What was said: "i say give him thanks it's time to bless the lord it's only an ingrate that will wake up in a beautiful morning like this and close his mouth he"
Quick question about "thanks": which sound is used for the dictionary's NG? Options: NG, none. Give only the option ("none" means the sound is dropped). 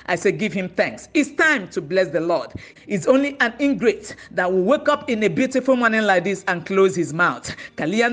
NG